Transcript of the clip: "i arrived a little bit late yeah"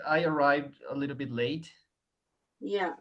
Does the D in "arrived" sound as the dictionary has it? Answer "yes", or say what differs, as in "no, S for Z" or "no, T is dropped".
yes